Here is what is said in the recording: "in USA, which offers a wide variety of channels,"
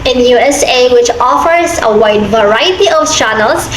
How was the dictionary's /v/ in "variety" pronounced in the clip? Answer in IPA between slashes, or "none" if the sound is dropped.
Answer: /v/